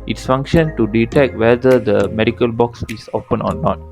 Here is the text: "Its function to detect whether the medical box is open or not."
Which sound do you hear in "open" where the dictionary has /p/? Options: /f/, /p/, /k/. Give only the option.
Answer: /f/